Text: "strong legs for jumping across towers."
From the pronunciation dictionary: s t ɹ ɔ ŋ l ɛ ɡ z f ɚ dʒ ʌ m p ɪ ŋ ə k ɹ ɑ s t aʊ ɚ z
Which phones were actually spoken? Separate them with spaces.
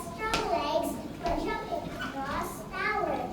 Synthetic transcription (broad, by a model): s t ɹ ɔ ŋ l ɛ ɡ z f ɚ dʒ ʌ p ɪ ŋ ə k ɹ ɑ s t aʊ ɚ